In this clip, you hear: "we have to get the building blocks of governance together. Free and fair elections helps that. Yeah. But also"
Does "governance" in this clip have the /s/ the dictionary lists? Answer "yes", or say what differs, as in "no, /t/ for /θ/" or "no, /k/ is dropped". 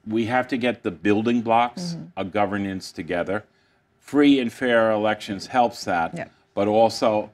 yes